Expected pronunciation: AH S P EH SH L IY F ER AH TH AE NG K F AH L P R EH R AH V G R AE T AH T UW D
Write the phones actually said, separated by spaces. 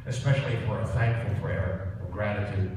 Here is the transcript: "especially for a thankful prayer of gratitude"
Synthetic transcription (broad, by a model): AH S P EH SH L IY F ER AH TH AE NG K F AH L F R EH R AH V G R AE T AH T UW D